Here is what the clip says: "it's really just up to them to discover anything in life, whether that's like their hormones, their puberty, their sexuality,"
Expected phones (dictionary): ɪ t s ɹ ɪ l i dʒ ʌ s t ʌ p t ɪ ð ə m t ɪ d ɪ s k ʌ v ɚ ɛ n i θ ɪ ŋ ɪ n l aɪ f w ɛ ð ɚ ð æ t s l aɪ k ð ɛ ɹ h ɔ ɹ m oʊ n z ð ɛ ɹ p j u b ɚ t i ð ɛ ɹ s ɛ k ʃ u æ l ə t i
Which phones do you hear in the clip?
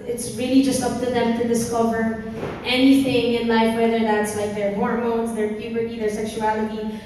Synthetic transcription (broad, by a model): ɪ t s ɹ ɪ l i dʒ ʌ s t ʌ p t ɪ ð ə m t ɪ d ɪ s k ʌ v ɚ ɛ n i θ ɪ ŋ ɪ n l aɪ f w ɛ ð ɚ ð æ t s l aɪ k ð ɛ ɹ h ɔ ɹ m oʊ n z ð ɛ ɹ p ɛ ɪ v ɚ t i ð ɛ ɹ s ɛ k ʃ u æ l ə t i